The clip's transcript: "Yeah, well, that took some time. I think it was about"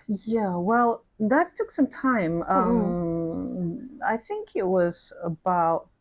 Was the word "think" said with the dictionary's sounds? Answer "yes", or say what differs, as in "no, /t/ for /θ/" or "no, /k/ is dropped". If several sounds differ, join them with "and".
yes